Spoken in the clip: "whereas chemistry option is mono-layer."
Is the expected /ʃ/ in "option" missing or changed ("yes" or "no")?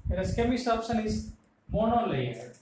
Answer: yes